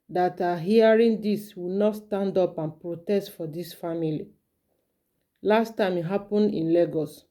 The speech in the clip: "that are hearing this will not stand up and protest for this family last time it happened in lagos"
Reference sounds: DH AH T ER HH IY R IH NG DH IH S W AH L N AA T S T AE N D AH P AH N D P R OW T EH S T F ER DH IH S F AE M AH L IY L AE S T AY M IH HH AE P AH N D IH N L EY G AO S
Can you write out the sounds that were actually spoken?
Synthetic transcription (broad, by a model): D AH T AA HH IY R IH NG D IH S W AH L N AA T S T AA N D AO P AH N P R OW T EH S T F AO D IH S F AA M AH L IY L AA S T AY M HH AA P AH N IH N L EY G AO S